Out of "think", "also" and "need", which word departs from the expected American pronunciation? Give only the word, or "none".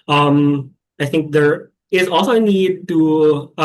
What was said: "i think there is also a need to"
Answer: none